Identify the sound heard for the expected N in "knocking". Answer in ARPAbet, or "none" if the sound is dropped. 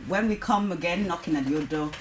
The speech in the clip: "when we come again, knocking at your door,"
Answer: N